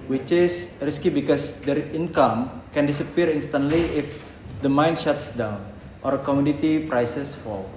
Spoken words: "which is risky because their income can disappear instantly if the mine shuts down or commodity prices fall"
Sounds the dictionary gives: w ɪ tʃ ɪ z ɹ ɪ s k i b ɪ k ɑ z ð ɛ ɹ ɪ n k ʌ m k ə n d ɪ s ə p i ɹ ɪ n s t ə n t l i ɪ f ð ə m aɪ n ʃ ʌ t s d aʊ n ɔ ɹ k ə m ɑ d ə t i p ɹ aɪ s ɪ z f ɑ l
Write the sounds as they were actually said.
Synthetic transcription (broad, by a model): w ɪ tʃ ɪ s ɹ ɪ s k i b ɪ k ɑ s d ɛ ɹ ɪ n k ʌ m k ə n d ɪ s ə p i ɹ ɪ n s t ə n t l i ɪ f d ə m aɪ n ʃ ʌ t s d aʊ n ɔ ɹ k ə m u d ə t i p ɹ aɪ s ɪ s f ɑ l